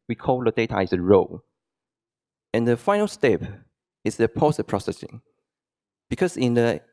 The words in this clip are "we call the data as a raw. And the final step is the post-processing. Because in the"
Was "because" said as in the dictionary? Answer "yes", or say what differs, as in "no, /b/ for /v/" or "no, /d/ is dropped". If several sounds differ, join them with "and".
no, /s/ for /z/